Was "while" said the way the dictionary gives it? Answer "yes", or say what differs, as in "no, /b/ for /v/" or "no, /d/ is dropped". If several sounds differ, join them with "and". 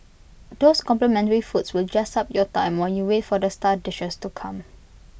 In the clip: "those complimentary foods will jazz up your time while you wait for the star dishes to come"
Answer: no, /n/ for /l/